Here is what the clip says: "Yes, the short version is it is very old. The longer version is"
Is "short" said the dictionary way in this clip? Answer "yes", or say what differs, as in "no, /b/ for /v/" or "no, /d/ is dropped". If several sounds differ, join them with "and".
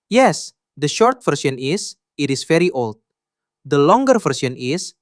yes